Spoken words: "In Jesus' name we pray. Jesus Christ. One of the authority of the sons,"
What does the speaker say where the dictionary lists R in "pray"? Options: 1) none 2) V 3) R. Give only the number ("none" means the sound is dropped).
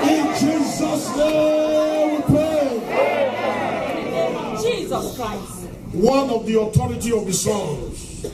1